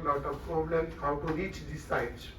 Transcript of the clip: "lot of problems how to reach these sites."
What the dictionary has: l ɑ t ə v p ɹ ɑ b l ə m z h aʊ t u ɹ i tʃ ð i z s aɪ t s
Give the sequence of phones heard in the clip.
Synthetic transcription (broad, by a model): l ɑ t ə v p ɹ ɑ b l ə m h aʊ t u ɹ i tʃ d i s aɪ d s